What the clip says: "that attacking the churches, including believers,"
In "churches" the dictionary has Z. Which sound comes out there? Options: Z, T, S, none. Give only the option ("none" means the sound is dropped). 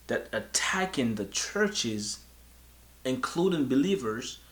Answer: Z